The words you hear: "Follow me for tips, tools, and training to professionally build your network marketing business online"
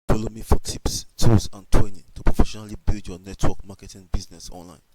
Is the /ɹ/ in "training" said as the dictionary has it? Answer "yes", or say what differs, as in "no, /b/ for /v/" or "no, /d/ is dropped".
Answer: no, /w/ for /ɹ/